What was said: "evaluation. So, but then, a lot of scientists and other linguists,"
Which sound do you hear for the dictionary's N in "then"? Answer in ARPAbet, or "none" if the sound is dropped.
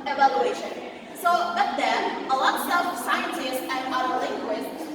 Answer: none